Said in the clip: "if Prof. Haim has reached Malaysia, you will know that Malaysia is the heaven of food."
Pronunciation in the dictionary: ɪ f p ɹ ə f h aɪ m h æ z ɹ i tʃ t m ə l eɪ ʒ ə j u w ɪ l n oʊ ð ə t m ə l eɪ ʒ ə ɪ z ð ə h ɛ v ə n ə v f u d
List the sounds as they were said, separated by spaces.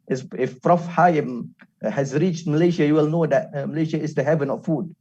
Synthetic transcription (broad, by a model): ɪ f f ɹ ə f h aɪ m h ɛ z ɹ i tʃ t m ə l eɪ ʃ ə j u w ɪ l n oʊ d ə t m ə l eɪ ʃ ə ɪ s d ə h ɛ v ə n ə f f u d